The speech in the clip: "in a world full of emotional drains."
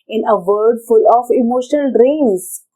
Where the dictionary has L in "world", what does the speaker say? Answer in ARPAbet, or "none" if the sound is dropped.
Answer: none